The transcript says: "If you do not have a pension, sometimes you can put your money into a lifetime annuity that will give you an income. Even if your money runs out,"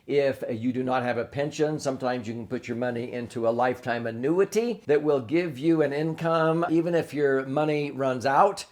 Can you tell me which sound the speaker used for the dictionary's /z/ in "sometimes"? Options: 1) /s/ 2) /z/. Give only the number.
2